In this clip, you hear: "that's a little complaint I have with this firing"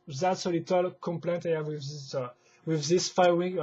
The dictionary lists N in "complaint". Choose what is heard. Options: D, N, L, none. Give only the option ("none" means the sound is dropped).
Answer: N